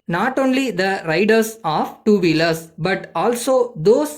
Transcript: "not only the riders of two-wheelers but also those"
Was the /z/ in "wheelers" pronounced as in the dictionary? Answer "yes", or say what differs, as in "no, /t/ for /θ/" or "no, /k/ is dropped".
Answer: no, /s/ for /z/